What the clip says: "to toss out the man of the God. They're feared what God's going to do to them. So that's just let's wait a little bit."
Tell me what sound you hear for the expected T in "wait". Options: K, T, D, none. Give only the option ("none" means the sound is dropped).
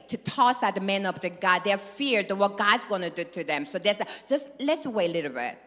none